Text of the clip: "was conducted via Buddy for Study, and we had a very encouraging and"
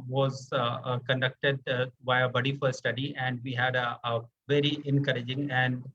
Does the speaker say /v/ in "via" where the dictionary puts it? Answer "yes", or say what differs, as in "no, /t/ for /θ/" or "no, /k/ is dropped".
no, /b/ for /v/